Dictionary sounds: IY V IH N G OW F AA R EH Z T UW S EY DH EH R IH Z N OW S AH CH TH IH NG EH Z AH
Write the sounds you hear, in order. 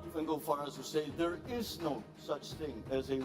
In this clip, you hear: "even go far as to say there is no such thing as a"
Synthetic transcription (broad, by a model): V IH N G OW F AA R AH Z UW S EY DH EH R IH Z N OW S AH CH TH IH NG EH Z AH